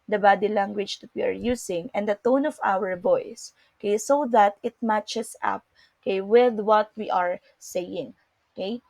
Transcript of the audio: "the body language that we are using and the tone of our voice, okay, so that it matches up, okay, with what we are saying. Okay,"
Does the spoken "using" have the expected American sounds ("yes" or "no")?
no